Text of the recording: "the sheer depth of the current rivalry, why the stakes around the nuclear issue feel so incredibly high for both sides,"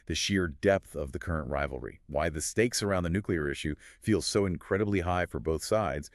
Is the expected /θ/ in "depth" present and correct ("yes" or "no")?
yes